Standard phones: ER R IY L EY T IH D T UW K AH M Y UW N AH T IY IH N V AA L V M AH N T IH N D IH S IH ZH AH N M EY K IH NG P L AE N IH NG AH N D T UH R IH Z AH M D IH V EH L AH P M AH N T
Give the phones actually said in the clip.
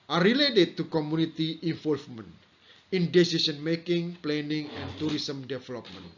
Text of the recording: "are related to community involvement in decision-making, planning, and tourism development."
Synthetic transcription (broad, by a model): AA R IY L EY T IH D T UW K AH M UW N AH T IY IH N F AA L F M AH N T IH N D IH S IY S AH N M EY K IH NG P L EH N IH NG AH N T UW R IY S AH M D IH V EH L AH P M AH N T